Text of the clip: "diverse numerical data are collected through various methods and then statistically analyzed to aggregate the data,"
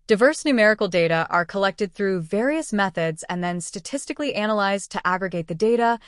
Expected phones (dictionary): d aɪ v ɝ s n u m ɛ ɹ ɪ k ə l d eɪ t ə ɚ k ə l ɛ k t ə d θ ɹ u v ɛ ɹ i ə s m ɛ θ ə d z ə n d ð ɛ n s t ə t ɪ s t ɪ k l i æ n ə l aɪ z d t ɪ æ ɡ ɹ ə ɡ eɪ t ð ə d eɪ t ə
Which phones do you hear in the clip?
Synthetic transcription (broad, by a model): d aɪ v ɝ s n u m ɛ ɹ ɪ k l d eɪ t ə ɚ k ə l ɛ k t ə d θ ɹ u v ɛ ɹ i ə s m ɛ θ ə d z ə n ð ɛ n s t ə t ɪ s t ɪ k l i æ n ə l aɪ z t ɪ æ ɡ ɹ ə ɡ eɪ t ð ə d eɪ t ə